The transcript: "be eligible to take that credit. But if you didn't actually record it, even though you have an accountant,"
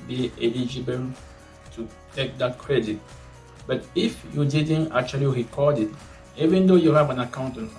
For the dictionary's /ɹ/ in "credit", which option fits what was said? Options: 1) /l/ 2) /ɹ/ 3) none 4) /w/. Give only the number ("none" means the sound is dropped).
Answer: 2